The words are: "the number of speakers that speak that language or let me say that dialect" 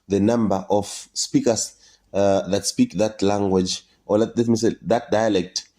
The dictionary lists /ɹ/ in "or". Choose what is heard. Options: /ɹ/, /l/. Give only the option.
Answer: /l/